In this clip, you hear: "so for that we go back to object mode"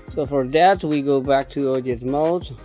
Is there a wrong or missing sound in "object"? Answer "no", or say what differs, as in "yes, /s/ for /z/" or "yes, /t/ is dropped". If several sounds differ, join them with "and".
yes, /b/ is dropped and /k/ is dropped